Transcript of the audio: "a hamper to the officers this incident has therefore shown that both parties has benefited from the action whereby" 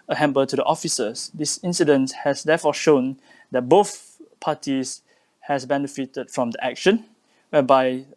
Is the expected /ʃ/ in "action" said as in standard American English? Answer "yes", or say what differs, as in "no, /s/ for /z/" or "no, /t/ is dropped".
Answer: yes